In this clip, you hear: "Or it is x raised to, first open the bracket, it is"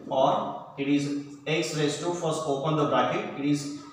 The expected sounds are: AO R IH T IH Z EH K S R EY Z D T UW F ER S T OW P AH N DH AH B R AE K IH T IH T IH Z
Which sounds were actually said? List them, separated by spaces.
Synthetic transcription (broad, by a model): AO R IH T IH Z EH K S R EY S T UW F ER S OW P AH N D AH B R AE K IH T IH T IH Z